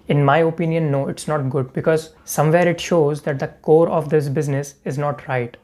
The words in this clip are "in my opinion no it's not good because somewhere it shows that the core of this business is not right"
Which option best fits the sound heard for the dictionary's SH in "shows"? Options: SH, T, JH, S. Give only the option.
SH